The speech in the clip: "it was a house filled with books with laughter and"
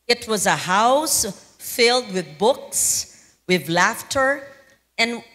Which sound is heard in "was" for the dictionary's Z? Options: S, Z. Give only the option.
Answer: Z